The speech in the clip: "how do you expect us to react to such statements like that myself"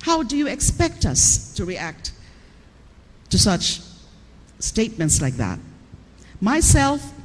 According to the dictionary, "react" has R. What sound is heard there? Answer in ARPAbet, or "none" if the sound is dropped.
R